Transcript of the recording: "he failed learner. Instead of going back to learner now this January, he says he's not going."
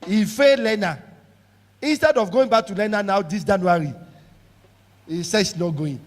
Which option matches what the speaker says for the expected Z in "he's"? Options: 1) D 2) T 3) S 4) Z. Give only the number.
3